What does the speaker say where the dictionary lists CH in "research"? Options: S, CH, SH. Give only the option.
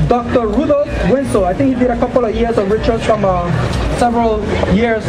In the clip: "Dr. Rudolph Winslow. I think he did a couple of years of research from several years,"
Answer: S